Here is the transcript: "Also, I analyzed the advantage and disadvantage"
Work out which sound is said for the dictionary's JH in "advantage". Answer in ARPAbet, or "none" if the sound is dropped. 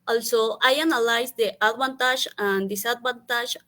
ZH